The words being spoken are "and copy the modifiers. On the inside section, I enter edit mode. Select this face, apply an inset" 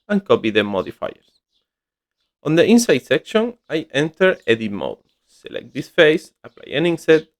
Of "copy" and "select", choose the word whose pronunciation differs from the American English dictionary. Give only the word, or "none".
none